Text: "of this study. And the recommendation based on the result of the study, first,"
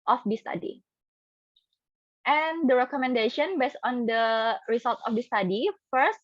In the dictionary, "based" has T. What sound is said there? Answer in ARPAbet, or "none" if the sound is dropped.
none